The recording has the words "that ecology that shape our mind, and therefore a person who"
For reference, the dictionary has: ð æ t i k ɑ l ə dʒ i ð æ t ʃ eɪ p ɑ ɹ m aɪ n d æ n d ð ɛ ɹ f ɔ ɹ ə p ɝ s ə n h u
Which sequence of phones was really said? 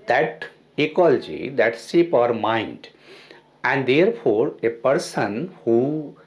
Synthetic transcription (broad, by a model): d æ t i k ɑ l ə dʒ i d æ t s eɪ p ɑ ɹ m aɪ n d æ n d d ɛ ɹ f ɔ ɹ ə p ɝ s ə n h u